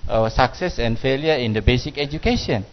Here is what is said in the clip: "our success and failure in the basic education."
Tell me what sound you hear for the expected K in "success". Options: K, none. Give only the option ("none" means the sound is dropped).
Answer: K